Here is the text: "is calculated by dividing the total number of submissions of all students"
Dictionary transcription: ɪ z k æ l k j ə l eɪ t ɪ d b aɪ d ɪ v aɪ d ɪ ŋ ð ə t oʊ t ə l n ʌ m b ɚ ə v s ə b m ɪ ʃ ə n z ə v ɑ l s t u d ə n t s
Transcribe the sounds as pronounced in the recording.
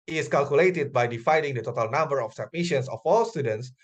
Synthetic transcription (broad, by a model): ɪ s k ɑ l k j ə l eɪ t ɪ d b aɪ d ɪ f aɪ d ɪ ŋ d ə t oʊ t ə l n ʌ m b ɚ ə f s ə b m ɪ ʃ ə n s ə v ɑ l s t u d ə n t s